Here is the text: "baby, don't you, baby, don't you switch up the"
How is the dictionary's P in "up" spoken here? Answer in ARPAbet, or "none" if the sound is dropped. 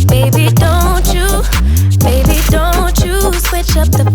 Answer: P